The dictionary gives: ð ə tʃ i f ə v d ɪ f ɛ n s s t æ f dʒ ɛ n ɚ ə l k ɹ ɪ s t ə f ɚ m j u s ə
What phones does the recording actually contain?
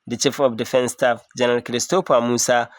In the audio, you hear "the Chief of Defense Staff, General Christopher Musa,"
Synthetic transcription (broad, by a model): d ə tʃ i f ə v d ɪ f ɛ n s s t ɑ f dʒ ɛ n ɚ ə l k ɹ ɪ s t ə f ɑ m u s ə